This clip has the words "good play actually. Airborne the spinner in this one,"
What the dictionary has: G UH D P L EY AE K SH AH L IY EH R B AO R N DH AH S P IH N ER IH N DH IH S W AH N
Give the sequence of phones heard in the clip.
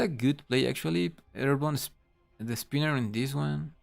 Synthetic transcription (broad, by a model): G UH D P L EY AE K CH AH L IY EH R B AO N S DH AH S P IH N ER IH N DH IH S W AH N